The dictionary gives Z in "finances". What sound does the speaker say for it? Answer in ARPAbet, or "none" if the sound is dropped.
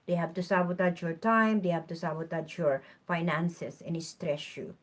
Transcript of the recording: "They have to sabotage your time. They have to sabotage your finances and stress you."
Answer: S